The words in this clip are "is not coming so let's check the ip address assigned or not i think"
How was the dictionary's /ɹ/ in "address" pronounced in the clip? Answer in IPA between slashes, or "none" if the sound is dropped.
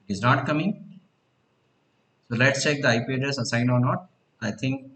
none